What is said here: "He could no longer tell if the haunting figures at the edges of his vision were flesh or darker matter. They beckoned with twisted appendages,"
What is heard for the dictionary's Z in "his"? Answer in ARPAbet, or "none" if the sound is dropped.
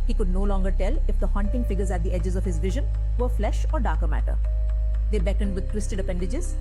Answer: Z